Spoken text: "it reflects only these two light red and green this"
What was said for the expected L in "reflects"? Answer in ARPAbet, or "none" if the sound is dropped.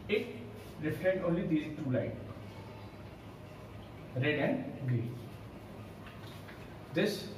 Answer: none